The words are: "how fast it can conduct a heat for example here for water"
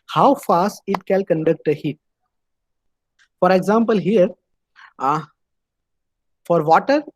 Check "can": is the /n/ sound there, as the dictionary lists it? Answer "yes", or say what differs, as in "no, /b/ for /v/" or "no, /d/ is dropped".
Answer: no, /l/ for /n/